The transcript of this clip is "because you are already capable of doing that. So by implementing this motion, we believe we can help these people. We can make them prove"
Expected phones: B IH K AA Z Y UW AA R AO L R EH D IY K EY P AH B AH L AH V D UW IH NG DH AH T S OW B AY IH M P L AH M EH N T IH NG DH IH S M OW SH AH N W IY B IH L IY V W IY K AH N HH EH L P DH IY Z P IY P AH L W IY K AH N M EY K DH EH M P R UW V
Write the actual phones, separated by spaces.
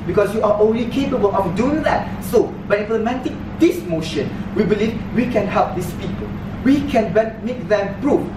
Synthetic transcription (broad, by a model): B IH K AA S Y UW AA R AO N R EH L IY K EY P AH B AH L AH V D UW IH NG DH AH T S OW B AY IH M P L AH M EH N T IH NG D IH S M OW SH AH N W IY B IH L IY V W IY K AH N HH EH L P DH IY S P IY P AH L W IY K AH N M EY K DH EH M P R UW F